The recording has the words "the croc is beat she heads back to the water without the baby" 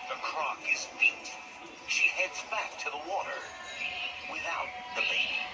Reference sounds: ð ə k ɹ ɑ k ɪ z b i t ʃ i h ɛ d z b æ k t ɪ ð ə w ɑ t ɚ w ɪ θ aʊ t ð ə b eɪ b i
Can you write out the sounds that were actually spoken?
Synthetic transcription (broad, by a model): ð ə k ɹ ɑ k ɪ z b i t ʃ i h ɛ d z b æ k t ɪ ð ə w ɑ t ɚ w ɪ θ aʊ t ð ə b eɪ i